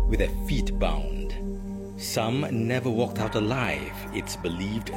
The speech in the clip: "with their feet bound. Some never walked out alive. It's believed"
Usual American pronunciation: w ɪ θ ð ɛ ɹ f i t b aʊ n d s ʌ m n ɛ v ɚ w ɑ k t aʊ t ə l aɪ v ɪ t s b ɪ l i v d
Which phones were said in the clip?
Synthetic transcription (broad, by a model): w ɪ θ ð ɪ f i t b aʊ n d s ʌ m n ɛ v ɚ w ɑ k t aʊ t ə l aɪ v ɪ t s b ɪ l i v d